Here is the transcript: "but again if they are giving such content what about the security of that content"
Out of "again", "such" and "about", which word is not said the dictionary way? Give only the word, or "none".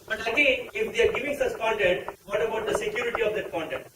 such